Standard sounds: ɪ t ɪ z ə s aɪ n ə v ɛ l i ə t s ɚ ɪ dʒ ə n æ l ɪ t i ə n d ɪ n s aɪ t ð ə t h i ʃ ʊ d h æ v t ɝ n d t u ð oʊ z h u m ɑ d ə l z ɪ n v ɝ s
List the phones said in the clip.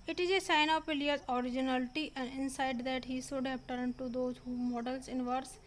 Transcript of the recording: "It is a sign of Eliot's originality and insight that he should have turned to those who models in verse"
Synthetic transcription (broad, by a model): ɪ t ɪ z ə s aɪ n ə p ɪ l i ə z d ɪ dʒ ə n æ l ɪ t i ə n d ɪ n s aɪ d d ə t h i s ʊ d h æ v t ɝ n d t u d oʊ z h u m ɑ d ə l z ɪ n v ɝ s